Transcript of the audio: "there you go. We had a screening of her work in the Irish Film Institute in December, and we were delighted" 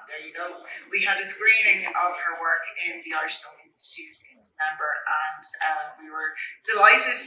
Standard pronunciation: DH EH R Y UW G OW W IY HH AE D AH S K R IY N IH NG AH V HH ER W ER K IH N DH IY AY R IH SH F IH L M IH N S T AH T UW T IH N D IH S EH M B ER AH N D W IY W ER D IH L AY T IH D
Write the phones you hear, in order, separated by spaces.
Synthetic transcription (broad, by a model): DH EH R Y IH G OW W IY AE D AH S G R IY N IH NG AH V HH ER W ER K IH N DH IY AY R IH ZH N L IH N S T AH T UW T IH N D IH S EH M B ER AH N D W IY W ER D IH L AY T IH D